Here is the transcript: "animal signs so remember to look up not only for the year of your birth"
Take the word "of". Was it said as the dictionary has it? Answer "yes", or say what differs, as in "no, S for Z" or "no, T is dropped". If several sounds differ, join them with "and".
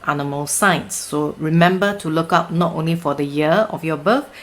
no, F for V